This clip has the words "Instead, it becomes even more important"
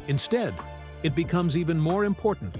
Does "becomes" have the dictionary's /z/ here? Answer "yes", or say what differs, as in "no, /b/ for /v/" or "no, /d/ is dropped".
yes